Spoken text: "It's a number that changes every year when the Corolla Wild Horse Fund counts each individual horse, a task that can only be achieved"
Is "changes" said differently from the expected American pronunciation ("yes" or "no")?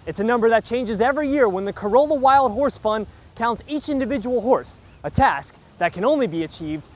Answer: no